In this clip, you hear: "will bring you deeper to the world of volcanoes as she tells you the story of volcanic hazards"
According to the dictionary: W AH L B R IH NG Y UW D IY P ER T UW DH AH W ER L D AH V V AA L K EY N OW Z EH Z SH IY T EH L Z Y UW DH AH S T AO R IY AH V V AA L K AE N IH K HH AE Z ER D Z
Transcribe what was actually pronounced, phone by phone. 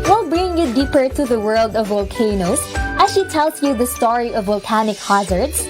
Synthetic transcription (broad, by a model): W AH L B R IH NG Y UW D IY P ER T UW DH AH W ER L D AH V V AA L K EY N OW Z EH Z SH IY T EH L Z Y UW DH AH S T AO R IY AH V V AA L K AE N IH K HH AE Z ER D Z